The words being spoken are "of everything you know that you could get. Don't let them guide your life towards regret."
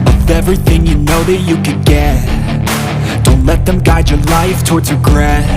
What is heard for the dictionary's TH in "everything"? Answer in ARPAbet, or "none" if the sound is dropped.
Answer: TH